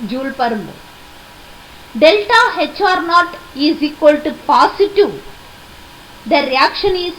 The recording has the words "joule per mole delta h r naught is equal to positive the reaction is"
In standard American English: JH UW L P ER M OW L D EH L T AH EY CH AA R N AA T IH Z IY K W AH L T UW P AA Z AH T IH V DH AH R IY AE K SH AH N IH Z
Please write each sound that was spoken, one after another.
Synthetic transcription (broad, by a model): JH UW L P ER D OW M D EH L T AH EY CH AA R N AA T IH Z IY K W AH L T UW P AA S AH T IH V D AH R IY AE K SH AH N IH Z